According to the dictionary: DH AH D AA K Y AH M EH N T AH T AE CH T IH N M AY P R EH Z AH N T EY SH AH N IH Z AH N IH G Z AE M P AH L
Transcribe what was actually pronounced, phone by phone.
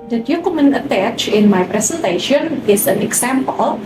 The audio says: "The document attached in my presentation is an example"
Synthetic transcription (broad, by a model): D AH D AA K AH M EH N AH T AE CH IH N M AY P R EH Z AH N T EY SH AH N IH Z AH N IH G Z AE M P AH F